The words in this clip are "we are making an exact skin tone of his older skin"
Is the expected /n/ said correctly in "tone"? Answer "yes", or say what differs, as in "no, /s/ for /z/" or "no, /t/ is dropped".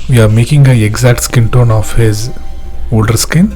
yes